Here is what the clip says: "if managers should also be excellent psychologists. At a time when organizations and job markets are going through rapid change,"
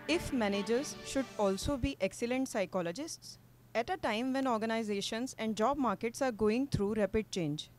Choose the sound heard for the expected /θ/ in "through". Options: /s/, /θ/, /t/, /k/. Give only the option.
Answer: /t/